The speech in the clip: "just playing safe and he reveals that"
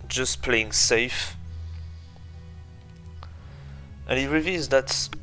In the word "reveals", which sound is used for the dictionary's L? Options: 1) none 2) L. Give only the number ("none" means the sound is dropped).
1